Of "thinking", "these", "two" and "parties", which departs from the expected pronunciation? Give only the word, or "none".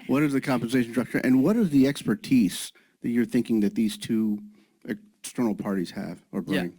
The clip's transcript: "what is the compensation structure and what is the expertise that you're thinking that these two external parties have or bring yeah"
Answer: none